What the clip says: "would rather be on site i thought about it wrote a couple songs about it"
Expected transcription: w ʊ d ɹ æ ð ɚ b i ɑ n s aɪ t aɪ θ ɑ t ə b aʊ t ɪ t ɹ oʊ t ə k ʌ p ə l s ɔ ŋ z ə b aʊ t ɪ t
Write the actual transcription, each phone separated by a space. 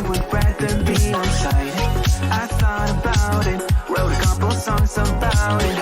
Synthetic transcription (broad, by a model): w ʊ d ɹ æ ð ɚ b i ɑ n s aɪ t aɪ s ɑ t ə b aʊ t ɪ t w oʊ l ə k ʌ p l s ɔ ŋ z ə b aʊ t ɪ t